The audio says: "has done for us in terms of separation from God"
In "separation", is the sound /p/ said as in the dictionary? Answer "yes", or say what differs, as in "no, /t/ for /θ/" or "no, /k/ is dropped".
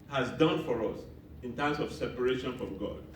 yes